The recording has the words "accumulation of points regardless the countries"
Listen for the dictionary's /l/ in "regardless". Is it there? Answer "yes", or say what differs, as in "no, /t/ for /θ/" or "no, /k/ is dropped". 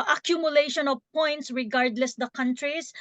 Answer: yes